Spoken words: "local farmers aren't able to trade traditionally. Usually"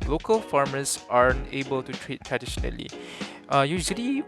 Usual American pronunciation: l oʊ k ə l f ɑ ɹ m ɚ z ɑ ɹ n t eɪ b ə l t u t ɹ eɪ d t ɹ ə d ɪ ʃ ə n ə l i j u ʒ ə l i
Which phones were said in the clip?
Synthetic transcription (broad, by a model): l oʊ k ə l f ɑ ɹ m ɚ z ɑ ɹ n eɪ b ə l t u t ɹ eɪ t t ɹ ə d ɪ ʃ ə n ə l i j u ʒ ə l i